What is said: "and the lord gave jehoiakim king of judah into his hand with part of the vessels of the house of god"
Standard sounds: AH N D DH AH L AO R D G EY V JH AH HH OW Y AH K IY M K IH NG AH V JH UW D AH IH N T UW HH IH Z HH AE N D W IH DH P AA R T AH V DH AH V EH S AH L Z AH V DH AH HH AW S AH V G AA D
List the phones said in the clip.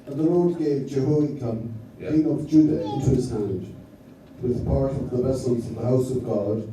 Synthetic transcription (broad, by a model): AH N DH AH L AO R D G EY V JH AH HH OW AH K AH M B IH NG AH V JH UW D AH IH N T UW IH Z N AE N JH W IH DH P AA R T AH V DH AH V EH S AH L Z AH V DH AH HH AW S AH V G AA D